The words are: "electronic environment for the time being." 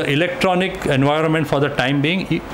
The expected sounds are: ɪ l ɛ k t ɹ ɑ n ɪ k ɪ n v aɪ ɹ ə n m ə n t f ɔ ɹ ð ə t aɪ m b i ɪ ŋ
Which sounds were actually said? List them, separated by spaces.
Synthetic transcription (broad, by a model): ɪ l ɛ k t ɹ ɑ n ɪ k ɪ n v aɪ ɹ ə n m ə n t f ɔ ɹ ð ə t aɪ m b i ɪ ŋ